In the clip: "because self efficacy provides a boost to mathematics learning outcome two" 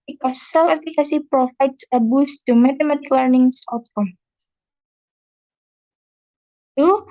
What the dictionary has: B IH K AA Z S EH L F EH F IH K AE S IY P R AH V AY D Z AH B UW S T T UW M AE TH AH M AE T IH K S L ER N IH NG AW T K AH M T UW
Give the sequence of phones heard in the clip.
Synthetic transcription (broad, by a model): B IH K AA S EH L EH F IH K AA S IY P R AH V AY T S AH B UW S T T UW M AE T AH M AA T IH K L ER N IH NG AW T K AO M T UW